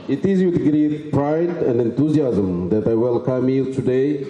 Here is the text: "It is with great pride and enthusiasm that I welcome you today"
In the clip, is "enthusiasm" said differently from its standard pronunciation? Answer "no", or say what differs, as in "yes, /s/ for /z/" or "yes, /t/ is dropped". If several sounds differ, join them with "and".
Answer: yes, /t/ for /θ/